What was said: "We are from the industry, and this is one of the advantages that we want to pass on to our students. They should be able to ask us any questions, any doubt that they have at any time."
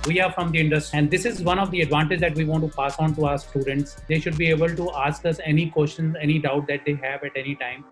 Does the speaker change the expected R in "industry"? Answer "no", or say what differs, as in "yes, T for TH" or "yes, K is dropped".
yes, R is dropped